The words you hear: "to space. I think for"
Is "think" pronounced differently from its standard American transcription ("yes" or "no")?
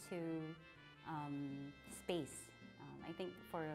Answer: no